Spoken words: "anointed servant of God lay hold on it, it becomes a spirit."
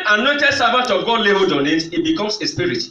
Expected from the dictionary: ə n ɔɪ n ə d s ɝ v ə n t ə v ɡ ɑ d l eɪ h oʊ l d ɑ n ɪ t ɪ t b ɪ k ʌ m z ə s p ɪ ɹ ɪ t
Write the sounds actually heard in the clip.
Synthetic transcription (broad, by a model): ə n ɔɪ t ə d s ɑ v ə t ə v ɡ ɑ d l eɪ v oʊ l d ɑ n ɪ t ɪ t b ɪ k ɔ m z ə s p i ɹ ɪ t